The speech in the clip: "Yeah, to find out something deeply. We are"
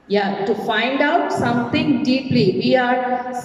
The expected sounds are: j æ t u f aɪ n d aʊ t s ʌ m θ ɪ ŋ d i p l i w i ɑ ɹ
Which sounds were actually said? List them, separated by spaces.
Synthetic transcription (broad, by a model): j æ t u f aɪ n d aʊ t s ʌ m t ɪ ŋ d i p l i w i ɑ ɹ